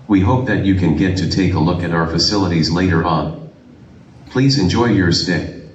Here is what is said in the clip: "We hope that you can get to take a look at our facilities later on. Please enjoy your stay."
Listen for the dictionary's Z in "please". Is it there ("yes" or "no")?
yes